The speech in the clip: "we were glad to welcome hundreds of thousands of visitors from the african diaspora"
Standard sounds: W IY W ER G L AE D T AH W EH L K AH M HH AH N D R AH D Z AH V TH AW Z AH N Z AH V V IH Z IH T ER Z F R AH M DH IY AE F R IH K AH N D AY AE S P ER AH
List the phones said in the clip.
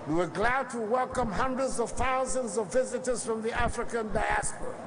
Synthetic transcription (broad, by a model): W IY W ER G L AE D T AH W EH L K AH M HH AH N D R AH D Z AH V TH AW Z AH N Z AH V V IH Z IH T ER Z F R AH M DH IY AE F R IH K AH N D AY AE S P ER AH